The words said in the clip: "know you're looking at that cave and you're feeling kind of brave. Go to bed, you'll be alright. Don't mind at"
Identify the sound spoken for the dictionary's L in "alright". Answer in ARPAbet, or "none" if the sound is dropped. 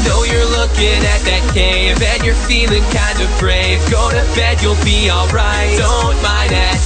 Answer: L